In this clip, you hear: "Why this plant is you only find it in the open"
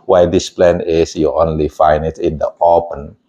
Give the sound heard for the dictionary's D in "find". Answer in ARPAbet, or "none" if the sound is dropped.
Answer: none